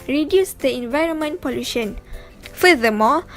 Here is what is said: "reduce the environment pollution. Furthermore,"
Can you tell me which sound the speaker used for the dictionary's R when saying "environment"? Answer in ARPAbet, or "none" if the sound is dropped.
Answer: R